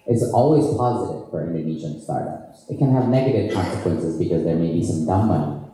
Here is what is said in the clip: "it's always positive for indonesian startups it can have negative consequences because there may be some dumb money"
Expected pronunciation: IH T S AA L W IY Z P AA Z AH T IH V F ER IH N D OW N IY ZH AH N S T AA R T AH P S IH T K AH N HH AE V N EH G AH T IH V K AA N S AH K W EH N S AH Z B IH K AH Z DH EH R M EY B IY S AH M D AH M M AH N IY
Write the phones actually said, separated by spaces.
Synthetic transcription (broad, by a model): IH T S AA L W IY Z P AA Z AH T IH V F ER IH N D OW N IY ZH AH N S T AA R T AH P S IH T K AH N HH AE V N EH G AH T IH V K AA N S AH K W EH N S AH Z B IH K AH Z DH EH R M EY B IY S AH M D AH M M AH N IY